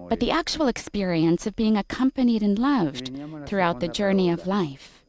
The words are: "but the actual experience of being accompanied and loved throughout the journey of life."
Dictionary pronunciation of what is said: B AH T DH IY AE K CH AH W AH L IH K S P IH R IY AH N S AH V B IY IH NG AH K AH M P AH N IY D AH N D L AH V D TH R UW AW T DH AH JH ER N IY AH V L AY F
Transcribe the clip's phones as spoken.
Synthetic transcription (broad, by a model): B AH T DH IY AE K CH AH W L IH K S P IH R IY AH N S AH V B IY IH NG AH K AH M P AH N IY D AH N L AH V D TH R UW AW T DH AH JH ER N IY AH V L AY F